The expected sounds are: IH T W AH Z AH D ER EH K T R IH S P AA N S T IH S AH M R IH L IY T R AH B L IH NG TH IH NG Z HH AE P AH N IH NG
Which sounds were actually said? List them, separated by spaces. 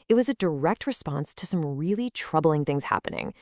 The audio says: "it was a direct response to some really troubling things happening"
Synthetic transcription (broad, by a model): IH T W AH Z AH D ER EH K T R IH S P AA N S T IH S AH M R IH L IY T R AH B L IH NG TH IH NG Z HH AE P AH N IH NG